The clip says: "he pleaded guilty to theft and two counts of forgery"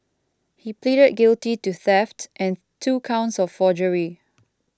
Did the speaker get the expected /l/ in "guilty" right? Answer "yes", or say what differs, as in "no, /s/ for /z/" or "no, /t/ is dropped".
yes